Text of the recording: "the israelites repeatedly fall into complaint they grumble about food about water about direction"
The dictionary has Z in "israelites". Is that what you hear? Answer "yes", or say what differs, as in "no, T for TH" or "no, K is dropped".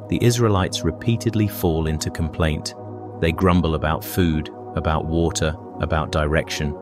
yes